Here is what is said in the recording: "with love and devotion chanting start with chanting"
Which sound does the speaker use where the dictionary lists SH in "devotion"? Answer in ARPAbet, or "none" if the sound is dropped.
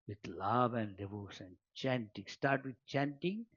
S